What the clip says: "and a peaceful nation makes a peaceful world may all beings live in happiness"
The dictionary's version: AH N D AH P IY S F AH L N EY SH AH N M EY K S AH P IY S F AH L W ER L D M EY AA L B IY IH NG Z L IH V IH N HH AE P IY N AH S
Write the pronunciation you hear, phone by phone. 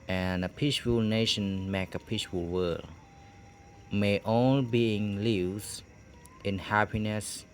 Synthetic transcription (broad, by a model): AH N AH P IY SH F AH L N EY SH AH N M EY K AH P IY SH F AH L W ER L M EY AA L B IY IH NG L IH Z IH N HH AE P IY N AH S